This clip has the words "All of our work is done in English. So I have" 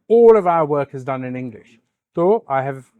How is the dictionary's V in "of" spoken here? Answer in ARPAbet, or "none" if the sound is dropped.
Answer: V